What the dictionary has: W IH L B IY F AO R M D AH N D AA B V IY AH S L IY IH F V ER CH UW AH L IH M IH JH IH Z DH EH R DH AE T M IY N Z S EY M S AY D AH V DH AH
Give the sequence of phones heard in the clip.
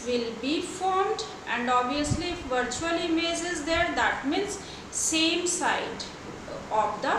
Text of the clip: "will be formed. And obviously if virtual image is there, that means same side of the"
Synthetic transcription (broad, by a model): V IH L B IY F AO R M D AH N D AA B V IY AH S L IY IH F V ER CH UW AH L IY M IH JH IH Z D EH R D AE T M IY N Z S EY M S AY D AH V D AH